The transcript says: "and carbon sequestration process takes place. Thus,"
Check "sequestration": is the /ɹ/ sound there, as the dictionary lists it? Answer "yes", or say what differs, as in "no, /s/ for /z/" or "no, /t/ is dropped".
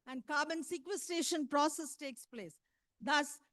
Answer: no, /ɹ/ is dropped